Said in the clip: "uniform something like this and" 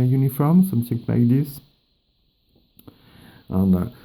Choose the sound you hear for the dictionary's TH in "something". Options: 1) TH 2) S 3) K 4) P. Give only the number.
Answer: 2